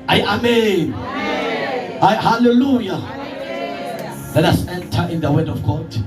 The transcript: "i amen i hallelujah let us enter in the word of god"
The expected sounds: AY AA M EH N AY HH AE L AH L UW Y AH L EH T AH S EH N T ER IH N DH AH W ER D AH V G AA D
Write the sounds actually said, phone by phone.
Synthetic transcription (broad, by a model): AY AA M EH N AY HH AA L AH L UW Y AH L EH T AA S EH N T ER IH N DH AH W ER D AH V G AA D